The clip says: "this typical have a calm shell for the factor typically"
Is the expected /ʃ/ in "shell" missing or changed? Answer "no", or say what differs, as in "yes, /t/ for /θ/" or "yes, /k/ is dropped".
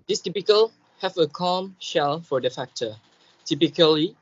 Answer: no